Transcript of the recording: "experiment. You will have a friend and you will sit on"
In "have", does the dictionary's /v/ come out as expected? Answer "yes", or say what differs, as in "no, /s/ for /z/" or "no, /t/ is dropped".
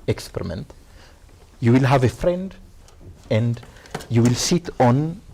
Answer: yes